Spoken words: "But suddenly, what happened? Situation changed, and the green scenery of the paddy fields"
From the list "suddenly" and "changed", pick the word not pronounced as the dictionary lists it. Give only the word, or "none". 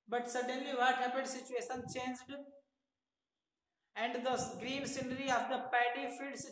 none